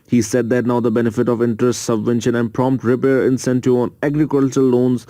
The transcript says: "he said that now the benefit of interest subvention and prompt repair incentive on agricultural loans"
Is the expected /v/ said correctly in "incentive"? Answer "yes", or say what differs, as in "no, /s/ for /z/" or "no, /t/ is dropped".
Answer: no, /v/ is dropped